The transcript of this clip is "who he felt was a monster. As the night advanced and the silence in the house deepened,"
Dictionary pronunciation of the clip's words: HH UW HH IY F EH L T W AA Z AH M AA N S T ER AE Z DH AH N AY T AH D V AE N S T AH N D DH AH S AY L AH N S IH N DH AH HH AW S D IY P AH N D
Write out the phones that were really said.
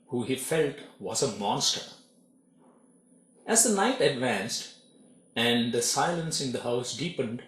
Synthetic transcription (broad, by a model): HH UW HH IY F EH L T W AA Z AH M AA N S T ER AE Z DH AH N AY T AH D V AE N S T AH N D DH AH S AY L AH N S IH N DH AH HH AW S D IY P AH N D